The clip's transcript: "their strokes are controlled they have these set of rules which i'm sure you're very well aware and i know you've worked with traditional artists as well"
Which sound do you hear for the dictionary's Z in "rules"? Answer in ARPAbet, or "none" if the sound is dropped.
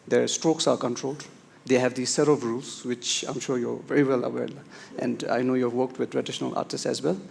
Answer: S